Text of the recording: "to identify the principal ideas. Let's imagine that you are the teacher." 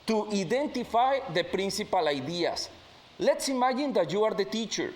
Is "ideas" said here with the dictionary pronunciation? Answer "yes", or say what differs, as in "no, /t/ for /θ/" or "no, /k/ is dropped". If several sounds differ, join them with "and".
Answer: no, /s/ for /z/